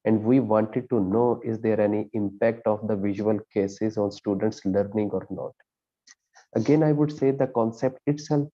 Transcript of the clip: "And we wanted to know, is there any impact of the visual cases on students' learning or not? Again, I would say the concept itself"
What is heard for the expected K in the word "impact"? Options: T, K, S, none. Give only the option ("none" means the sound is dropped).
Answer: K